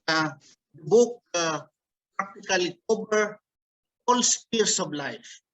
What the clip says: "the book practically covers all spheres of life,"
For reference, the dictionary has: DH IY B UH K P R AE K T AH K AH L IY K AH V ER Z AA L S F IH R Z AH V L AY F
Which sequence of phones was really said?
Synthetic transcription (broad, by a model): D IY B UH K P R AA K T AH K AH L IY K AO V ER AA L S P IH R S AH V L AY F